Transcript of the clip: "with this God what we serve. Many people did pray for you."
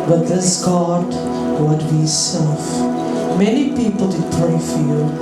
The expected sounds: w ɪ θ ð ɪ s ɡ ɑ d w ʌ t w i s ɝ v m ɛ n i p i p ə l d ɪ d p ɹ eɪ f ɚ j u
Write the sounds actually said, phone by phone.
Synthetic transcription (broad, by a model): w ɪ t ð ɪ s ɡ ɑ d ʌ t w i s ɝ f m ɛ n i p i p ə l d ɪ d p ɹ eɪ f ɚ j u